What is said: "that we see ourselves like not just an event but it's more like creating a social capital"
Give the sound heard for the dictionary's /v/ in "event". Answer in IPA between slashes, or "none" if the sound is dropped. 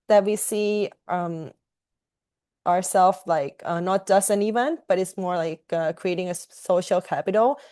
/v/